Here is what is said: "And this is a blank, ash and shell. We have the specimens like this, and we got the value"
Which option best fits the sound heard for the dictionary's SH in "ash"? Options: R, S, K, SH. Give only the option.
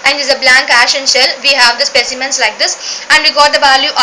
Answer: SH